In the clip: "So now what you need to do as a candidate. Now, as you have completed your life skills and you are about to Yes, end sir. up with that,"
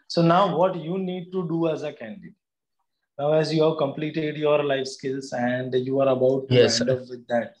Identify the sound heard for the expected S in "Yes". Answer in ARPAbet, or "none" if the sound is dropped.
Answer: none